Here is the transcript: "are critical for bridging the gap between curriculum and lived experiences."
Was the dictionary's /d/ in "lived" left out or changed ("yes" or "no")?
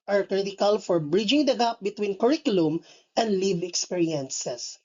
yes